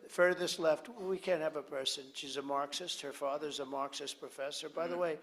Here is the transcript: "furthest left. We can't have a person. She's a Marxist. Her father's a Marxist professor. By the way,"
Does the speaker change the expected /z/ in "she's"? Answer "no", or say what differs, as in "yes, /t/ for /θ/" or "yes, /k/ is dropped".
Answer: no